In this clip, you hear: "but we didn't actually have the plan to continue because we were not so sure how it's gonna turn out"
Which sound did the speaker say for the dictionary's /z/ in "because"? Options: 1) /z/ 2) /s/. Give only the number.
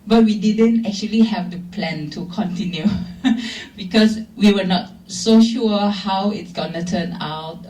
2